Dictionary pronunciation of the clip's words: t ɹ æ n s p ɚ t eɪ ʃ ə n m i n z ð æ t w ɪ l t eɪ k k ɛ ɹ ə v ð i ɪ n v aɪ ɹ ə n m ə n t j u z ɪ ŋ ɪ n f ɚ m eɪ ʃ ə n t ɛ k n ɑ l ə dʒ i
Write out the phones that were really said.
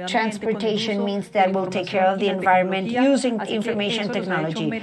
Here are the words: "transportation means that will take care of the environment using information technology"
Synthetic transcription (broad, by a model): t ɹ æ n s p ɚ t eɪ ʃ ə n m i n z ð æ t w ɪ l t eɪ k k ɛ ɹ ə v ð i ɪ n v aɪ ɹ ə n m ə n t j u z ɪ ŋ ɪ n f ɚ m eɪ ʃ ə n t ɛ k n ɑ l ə dʒ i